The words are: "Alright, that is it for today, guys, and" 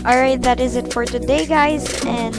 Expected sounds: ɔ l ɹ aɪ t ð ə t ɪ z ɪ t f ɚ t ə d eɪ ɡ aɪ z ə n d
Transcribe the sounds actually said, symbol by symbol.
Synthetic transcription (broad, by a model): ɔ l ɹ aɪ t ð ə t ɪ z ɪ t f ɚ t ə d eɪ ɡ aɪ z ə n